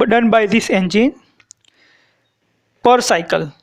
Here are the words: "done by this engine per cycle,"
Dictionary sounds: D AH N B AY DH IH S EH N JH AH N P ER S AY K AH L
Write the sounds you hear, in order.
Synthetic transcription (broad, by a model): D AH N B AY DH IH S EH N JH AH N P ER S AY K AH L